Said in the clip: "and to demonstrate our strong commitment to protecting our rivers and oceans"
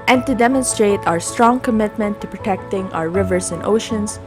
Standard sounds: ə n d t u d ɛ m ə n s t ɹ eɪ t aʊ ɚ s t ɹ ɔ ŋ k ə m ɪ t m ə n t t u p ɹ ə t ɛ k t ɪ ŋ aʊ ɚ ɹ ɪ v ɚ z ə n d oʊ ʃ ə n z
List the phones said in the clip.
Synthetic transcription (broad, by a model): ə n t u d ɛ m ə n s t ɹ eɪ t aʊ ɚ s t ɹ ɔ ŋ k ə m ɪ t m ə n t t u p ɹ ə t ɛ k t ɪ ŋ aʊ ɚ ɹ ɪ v ɚ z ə n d oʊ ʃ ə n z